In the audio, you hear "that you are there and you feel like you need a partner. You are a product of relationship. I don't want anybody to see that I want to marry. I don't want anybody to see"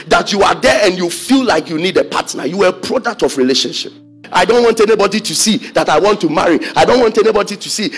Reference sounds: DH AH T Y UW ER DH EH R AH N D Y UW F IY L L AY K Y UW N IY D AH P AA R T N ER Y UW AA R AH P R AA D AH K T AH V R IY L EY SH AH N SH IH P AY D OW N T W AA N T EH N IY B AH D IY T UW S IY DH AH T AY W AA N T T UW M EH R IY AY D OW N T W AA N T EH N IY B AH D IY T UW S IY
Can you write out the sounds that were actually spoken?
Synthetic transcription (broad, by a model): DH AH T Y UW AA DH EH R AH N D Y UW F IY L L AY K Y UW N IY D AH P AA T N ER Y UW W AH P R AA D AH K T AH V R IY L EY SH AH N SH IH P AY D OW N T W AA N T EH N IY B AH D IY T UW S IY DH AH T AY W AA N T T UW M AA R IY AY D OW N T W AA N T EH N IY B AH D IY T UW S IY